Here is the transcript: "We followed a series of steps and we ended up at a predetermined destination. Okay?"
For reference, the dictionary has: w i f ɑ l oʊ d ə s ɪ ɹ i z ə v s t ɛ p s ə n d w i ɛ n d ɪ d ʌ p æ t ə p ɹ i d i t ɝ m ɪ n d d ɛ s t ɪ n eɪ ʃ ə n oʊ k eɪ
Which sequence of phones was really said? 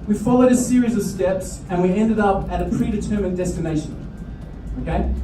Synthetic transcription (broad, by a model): w i f ɑ l oʊ d ə s ɪ ɹ i z ə v s t ɛ p s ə n w i ɛ n d ɪ d ʌ p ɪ t ə p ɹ i d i t ɝ m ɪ n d d ɛ s t ɪ n eɪ ʃ ə n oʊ k eɪ